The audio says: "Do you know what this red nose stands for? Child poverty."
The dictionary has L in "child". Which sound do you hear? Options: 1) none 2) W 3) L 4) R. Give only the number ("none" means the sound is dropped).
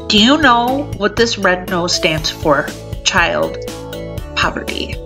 3